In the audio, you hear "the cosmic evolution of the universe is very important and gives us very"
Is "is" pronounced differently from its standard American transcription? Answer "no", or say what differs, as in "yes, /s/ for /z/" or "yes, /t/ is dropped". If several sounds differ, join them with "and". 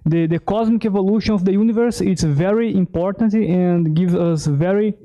yes, /s/ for /z/